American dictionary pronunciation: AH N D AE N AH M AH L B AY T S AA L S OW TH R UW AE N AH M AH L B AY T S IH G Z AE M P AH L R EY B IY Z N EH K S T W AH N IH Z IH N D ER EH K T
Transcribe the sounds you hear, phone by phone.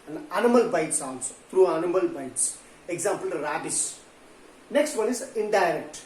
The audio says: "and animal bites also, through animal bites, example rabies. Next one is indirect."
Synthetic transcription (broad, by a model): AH N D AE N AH M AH L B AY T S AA N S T R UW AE N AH M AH L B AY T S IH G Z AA M P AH L R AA B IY S N EH K S T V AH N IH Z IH N D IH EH K T